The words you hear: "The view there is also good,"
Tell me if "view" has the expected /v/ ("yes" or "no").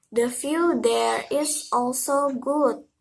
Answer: no